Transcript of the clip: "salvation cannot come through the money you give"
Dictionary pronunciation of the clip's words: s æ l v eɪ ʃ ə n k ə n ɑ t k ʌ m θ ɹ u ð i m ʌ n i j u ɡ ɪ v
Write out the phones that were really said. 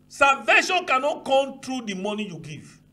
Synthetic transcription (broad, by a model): s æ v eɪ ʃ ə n k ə n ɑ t k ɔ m t ɹ u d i m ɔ n i j u ɡ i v